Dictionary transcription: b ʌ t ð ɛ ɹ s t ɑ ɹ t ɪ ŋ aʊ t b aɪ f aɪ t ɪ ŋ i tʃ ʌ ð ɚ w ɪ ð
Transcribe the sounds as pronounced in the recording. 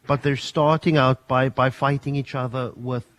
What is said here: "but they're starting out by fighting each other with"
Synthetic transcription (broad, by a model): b ʌ t ð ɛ ɹ s t ɑ ɹ t ɪ ŋ aʊ t b aɪ f aɪ t ɪ ŋ i tʃ ʌ ð ɚ w ɪ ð